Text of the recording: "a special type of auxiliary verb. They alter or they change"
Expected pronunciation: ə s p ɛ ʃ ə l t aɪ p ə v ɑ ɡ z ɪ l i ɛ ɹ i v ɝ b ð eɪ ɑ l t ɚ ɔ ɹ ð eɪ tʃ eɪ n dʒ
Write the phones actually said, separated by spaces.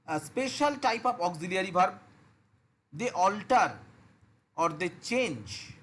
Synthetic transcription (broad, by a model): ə s p ɛ ʃ ə l t aɪ p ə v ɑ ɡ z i l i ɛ ɹ i b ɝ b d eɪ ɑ l t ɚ ɔ ɹ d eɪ tʃ eɪ n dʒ